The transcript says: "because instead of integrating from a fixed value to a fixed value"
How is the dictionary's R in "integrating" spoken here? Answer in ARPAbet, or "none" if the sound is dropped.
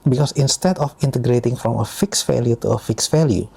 R